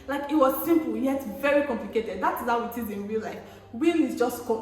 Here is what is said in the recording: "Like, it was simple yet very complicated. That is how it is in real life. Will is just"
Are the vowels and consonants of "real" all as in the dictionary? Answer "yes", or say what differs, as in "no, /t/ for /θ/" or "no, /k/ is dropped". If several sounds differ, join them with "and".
no, /w/ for /ɹ/